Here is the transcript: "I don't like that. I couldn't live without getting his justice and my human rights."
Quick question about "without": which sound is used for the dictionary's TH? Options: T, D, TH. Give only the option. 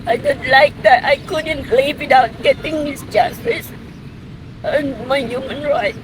T